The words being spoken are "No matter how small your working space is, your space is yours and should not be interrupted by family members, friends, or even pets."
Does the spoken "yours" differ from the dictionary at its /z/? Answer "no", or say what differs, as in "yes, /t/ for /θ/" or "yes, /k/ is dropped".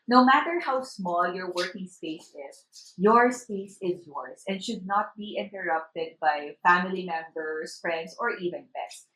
yes, /s/ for /z/